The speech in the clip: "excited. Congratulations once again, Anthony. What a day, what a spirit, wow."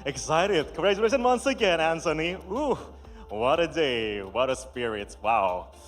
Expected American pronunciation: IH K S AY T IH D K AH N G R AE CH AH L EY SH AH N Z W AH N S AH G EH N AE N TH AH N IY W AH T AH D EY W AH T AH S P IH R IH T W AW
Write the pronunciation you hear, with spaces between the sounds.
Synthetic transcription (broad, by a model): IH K S AY T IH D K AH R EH AH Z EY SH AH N W AH N S AH G EH N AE N S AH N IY W AH T AH D EY W AH T AH S P IH R IH T W AW